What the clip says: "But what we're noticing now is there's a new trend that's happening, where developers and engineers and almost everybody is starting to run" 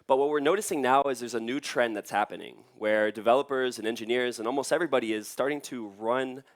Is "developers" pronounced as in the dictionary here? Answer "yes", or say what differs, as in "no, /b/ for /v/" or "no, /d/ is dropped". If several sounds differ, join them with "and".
yes